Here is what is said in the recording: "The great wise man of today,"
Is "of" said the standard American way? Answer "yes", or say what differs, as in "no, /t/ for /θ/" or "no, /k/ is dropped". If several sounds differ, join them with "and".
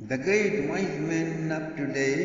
no, /p/ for /v/